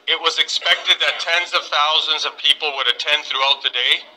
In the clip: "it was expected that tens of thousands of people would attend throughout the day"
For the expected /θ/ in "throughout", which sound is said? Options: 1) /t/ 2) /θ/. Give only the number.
2